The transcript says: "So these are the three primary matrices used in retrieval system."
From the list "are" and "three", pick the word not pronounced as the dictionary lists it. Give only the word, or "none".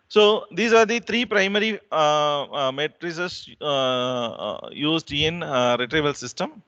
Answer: three